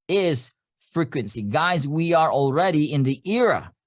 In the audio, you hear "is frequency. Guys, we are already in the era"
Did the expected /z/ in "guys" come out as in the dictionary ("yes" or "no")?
yes